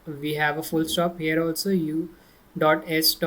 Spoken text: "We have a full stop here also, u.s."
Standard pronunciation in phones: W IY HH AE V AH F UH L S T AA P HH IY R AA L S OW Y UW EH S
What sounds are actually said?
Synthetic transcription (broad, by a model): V IY HH AE V AH F UH L S T AA P HH IY R AA L S OW Y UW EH S